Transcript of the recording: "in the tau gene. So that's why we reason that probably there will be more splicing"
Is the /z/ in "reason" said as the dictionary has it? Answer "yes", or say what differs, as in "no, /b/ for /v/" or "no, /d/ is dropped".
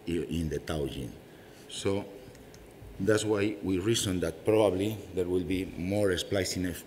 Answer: no, /s/ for /z/